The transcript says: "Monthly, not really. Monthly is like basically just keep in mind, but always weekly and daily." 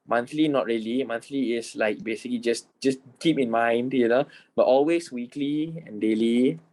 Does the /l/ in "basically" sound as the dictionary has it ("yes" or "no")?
yes